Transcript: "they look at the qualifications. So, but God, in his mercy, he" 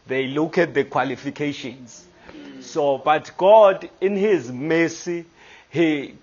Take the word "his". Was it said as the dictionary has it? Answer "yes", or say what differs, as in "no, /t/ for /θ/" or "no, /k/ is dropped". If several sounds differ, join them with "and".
yes